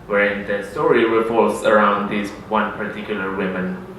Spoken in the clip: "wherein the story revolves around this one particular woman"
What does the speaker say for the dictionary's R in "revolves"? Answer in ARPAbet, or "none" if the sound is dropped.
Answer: W